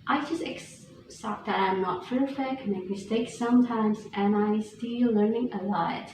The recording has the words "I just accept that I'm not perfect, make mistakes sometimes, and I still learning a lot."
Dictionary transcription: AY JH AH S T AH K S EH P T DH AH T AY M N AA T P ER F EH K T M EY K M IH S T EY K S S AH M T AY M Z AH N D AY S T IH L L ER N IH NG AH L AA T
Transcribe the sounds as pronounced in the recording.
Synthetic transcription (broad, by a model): AY JH AH S T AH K S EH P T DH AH T AY M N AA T F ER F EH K M EY K M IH S T EY K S S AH M T AY M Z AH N AY S T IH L L ER N IH NG AH L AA T